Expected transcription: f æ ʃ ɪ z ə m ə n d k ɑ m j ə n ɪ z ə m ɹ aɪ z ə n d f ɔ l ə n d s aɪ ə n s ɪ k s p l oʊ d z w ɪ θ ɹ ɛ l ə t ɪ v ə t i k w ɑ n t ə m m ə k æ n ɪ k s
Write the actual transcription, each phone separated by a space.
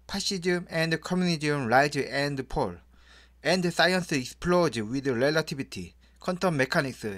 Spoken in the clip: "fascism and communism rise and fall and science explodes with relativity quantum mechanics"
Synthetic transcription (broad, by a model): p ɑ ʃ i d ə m ə n d k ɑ m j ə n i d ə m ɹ aɪ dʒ ə n d p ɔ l ə n d s aɪ ə n s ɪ k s p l oʊ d w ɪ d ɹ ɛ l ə t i b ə t i k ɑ n t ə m m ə k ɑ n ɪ k s